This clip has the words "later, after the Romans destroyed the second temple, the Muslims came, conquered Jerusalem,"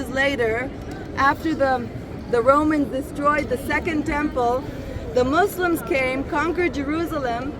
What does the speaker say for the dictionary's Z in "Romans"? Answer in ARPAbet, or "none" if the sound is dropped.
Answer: Z